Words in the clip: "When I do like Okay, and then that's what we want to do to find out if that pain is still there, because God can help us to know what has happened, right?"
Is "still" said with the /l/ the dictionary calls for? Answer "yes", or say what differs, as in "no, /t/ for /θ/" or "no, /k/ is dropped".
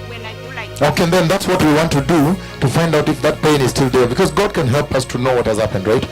yes